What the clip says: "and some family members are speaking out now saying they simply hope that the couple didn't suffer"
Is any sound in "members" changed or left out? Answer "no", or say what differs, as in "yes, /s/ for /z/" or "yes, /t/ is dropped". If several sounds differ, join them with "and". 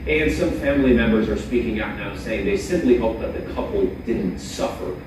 no